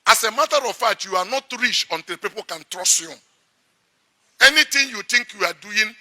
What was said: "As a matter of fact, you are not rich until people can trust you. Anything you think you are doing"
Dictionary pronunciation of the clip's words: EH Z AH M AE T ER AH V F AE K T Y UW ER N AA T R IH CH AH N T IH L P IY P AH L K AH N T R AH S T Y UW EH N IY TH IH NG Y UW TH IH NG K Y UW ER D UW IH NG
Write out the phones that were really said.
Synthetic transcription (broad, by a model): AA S AH M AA T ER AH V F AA T Y UW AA N AA T R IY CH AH N T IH L P IY P AH L K AH N T R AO S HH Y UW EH N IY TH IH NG Y UW T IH NG K Y UW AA D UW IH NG